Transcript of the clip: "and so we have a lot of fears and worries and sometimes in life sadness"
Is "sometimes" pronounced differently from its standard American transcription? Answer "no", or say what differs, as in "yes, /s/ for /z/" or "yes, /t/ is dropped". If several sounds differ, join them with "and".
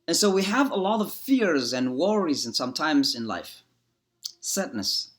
no